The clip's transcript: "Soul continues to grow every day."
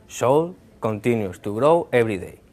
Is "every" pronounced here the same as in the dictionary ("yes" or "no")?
no